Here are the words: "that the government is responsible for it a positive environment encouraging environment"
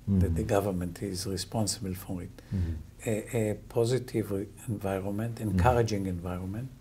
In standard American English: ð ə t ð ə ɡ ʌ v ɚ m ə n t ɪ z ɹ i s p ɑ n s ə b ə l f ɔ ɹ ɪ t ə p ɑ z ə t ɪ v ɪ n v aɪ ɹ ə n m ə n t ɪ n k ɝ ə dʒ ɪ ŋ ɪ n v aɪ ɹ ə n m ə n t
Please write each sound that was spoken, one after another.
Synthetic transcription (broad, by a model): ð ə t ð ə ɡ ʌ v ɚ m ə n t ɪ z ɹ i s p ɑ n s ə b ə l f ɔ ɹ ɪ t p ɑ z ə t ɪ v ɪ n v aɪ ɹ ə n m ə n t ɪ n k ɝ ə dʒ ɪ ŋ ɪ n v aɪ ɹ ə n m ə n t